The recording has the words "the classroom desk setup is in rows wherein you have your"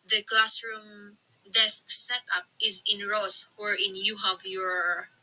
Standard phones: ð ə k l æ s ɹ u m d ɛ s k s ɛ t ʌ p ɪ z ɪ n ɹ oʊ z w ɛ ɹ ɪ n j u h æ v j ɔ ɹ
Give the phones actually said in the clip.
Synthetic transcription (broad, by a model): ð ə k l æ s ɹ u m d ɛ s k s ɛ t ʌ p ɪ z ɪ n ɹ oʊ s w ɛ ɹ ɪ n j u h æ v j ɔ ɹ